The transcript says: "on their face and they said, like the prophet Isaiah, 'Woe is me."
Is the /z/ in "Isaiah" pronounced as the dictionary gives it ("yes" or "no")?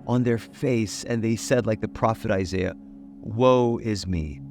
yes